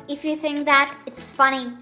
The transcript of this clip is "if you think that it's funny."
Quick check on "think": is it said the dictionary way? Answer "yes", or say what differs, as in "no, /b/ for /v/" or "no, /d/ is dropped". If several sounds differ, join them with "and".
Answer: yes